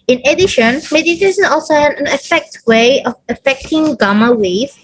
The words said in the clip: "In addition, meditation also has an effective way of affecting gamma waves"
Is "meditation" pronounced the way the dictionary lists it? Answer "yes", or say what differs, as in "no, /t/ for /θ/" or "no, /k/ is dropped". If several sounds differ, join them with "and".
no, /s/ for /ʃ/